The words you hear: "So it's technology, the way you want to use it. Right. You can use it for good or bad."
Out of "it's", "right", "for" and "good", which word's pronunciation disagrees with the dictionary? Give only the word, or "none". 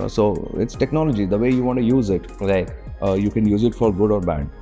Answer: right